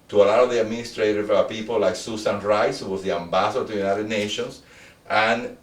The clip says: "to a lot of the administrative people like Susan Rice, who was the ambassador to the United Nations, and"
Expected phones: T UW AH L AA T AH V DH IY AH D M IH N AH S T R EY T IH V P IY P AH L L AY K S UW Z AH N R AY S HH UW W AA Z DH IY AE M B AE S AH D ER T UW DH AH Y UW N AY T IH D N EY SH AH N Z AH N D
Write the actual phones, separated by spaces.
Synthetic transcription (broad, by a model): T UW AH L AA AH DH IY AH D M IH N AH S T R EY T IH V P IY P AH L L AY K S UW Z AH N R AY S HH UW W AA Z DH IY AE M B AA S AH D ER T UW Y UW N AY T IH D N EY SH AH N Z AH N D